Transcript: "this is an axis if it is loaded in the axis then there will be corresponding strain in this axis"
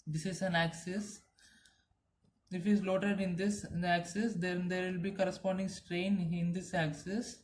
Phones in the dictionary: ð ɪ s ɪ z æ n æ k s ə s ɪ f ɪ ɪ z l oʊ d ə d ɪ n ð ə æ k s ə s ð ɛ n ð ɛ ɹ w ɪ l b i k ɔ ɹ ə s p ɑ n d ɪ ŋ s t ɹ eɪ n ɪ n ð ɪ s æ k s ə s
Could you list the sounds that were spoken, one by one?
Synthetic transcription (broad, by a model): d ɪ s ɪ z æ n æ k s ə s ɪ f ɪ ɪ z l oʊ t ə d ɪ n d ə æ k s ə s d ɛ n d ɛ ɹ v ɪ l b i k ɔ ɹ ə s p ɑ n d ɪ ŋ s t ɹ eɪ n ɪ n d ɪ s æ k s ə s